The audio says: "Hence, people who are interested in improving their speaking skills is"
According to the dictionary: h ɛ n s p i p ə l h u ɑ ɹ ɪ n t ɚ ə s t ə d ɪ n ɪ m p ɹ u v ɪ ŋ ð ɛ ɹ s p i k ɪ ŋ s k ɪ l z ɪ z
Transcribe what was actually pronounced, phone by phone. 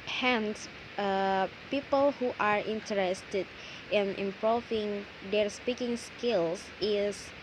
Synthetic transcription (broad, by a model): h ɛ n s p i p ə l h u ɑ ɹ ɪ n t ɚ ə s t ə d ɪ n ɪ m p u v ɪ ŋ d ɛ ɹ s p i k ɪ ŋ s k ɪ l s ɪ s